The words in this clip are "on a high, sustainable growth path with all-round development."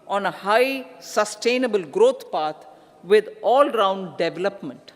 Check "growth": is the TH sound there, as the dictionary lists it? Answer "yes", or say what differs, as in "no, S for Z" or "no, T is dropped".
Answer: no, T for TH